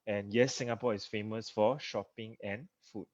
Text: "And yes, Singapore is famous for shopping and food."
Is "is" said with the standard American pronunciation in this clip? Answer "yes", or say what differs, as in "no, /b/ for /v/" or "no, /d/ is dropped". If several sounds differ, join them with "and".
no, /s/ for /z/